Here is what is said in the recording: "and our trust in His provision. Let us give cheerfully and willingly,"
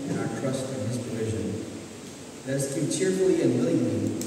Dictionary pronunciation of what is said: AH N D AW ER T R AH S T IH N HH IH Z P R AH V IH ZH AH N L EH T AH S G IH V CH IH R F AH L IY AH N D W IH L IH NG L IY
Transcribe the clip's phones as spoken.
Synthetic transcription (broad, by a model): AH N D AW ER T R AH S T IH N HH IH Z P R AH V IH ZH AH N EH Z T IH CH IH R F L IY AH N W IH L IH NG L IY